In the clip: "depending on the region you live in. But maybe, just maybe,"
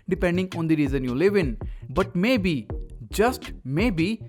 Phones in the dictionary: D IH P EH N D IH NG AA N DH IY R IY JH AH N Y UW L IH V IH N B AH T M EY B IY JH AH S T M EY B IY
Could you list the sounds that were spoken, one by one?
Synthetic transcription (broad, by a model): D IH P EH N D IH NG AA N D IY R IY Z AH N Y UW L IH V IH N B AH T M EY B IY JH AH S T M EY B IY